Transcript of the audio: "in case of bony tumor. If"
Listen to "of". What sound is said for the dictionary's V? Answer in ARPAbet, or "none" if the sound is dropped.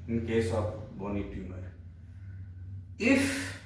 B